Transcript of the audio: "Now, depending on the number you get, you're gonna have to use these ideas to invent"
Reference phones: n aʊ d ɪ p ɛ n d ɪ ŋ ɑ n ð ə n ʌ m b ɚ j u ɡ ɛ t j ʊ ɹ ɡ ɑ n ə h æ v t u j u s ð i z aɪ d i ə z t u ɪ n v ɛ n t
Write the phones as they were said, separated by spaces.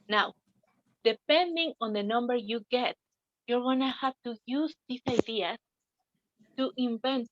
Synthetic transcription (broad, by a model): n aʊ d ɪ p ɛ n d ɪ ŋ ɑ n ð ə n ʌ m b ɚ j u ɡ ɛ t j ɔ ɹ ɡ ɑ n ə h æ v t u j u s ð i s aɪ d i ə s t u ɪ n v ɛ n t